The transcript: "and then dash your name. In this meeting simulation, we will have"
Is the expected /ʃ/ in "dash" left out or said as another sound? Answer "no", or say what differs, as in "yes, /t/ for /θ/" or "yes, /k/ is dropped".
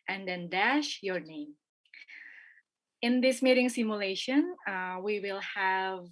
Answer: no